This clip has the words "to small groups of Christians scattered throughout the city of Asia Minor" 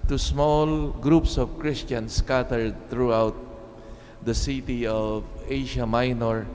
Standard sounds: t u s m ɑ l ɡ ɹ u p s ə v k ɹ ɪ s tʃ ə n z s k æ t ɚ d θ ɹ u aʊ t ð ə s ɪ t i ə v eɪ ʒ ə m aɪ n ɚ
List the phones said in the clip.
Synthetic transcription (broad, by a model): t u s m ɑ l ɡ ɹ u p s ə v k ɹ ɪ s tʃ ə n s k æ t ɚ d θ ɹ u aʊ t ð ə s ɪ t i ə v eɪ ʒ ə m aɪ n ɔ